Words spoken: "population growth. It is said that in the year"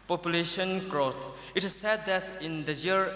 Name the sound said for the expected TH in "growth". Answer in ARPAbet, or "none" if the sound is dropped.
T